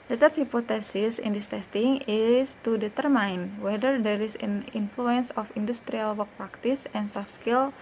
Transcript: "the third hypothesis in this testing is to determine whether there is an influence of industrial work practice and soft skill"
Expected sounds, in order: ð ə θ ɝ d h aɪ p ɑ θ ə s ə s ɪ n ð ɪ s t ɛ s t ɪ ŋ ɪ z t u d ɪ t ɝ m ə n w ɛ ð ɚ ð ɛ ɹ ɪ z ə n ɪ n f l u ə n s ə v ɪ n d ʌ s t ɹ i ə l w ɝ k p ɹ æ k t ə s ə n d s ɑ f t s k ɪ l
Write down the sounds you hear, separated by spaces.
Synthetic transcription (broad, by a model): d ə t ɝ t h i p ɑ t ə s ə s ɪ n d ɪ s t ɛ s t ɪ ŋ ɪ s t u d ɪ t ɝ m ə n w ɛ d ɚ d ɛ ɹ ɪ s ə n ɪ n f l u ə n s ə f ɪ n d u s t ɹ i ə l w ɝ k p ɹ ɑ k t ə s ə n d s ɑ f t s k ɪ l